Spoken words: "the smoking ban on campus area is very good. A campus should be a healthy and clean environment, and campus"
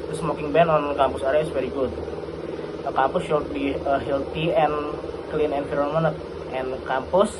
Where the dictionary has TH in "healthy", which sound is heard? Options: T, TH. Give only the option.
T